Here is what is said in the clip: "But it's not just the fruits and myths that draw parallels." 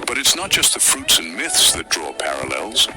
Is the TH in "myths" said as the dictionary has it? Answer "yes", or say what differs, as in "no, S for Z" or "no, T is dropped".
yes